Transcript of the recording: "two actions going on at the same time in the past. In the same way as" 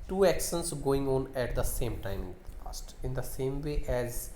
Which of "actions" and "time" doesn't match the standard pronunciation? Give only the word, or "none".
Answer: actions